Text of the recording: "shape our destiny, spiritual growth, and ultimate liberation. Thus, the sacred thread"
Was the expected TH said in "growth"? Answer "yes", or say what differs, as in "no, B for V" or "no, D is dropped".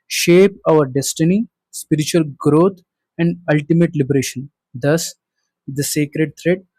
no, T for TH